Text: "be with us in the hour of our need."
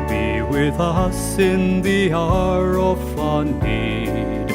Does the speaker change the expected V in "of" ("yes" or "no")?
yes